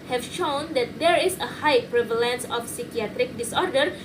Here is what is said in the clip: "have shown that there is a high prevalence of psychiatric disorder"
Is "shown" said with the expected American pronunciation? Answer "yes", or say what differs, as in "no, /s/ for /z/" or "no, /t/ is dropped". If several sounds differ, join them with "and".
yes